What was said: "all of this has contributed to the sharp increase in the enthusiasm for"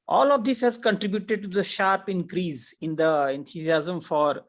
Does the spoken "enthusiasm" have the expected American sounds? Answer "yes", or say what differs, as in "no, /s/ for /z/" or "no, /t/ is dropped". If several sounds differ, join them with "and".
no, /t/ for /θ/